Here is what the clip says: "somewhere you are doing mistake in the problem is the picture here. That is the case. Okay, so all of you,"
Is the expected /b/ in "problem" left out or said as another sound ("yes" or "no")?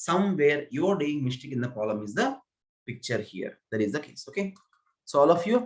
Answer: yes